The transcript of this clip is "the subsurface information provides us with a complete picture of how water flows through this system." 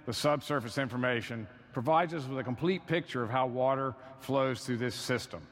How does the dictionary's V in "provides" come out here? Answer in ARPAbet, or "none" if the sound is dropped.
V